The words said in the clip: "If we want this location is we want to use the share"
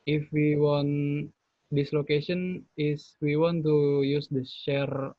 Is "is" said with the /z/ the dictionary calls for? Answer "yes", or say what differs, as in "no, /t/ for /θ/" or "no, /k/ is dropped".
no, /s/ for /z/